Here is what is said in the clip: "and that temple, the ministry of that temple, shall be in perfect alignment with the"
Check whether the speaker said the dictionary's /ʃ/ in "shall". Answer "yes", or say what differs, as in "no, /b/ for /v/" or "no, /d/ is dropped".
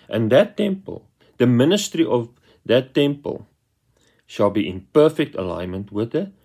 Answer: yes